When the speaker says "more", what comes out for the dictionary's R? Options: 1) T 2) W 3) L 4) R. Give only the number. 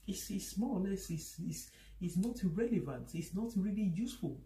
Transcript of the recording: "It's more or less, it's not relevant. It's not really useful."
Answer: 3